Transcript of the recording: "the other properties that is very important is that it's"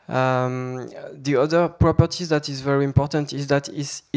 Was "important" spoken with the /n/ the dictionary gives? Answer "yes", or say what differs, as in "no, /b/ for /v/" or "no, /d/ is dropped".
yes